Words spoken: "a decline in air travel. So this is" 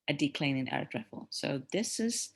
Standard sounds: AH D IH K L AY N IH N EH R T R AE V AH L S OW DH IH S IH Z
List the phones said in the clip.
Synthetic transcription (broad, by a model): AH D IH K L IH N IH N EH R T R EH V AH L S OW DH IH S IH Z